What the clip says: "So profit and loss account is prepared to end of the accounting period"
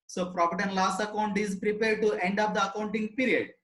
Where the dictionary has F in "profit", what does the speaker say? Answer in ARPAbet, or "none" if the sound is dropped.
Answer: P